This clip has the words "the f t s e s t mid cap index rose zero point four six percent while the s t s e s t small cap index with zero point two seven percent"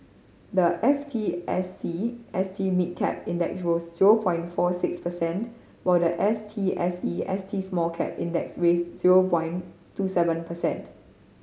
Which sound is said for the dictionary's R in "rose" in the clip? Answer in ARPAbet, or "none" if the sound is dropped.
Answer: W